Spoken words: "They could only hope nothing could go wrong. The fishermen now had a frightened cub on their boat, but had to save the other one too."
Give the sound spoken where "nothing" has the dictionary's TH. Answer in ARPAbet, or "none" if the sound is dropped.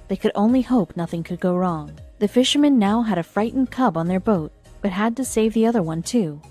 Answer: TH